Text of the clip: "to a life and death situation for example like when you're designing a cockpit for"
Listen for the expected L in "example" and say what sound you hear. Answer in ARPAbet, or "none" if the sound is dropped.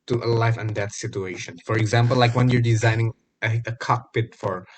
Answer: L